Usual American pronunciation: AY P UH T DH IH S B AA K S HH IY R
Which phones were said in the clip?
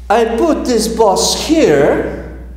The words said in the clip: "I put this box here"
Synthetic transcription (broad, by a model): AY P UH T DH IH S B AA S HH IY R